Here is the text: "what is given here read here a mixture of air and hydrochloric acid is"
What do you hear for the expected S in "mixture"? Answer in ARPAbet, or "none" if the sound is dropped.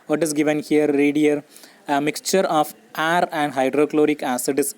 S